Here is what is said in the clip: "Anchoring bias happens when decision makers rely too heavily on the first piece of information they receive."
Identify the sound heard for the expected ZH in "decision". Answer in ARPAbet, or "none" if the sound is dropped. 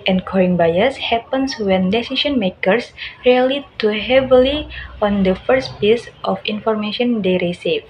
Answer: S